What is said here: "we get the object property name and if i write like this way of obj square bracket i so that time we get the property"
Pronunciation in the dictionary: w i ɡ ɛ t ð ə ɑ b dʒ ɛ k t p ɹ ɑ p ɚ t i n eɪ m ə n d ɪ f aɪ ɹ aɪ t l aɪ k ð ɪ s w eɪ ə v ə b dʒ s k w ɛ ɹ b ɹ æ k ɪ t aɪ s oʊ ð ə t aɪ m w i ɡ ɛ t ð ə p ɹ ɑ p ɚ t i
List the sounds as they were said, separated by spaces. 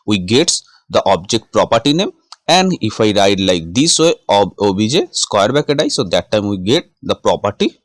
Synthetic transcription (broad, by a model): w i ɡ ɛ t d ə ɑ b dʒ ɛ k t p ɹ ɑ p ɚ t i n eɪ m ə n d ɪ f aɪ ɹ aɪ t l aɪ k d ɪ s w eɪ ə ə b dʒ s k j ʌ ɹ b æ k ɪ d aɪ s oʊ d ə t aɪ m w i ɡ ɛ t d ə p ɹ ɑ p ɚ t i